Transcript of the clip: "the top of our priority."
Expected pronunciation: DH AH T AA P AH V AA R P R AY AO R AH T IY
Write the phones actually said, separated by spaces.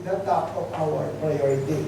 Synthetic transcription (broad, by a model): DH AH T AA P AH P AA L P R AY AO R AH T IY